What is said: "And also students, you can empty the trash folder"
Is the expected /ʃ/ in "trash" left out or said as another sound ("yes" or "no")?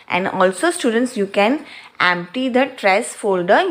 yes